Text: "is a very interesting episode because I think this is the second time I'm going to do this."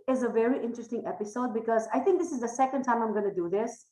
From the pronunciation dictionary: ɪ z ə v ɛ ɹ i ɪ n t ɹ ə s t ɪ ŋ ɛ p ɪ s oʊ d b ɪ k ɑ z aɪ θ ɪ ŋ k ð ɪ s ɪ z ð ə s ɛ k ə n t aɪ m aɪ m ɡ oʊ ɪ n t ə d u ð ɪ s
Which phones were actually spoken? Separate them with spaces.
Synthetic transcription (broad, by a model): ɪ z ə v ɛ ɹ i ɪ n t ɹ ə s t ɪ ŋ ɛ p ɪ s oʊ d b ɪ k ɑ z aɪ t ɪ ŋ k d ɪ s ɪ z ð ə s ɛ k ə n t aɪ m aɪ m ɡ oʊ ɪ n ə d u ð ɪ s